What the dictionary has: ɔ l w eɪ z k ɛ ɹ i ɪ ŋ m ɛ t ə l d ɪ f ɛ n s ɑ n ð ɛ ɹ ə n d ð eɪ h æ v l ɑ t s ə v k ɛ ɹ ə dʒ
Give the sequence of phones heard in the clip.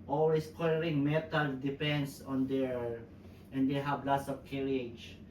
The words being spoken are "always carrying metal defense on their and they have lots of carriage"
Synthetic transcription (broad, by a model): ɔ l w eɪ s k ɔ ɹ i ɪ ŋ m ɛ t ə l d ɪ p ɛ n s ɑ n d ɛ ɹ ə n d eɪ h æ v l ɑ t s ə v k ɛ ɹ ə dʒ